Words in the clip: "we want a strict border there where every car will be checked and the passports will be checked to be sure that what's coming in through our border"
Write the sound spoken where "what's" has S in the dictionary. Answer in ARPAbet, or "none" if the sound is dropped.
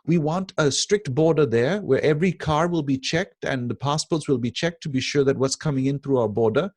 S